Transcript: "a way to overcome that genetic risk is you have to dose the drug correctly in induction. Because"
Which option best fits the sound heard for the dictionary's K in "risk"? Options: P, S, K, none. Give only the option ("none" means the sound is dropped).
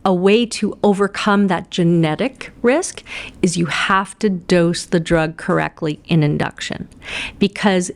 K